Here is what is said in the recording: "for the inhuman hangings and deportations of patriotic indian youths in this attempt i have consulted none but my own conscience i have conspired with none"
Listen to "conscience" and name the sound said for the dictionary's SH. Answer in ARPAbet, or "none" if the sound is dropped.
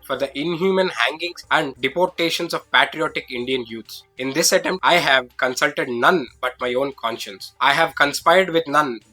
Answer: SH